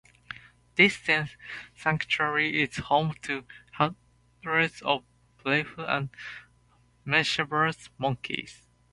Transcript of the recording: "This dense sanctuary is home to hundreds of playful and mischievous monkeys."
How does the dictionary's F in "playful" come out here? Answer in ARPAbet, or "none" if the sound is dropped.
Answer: none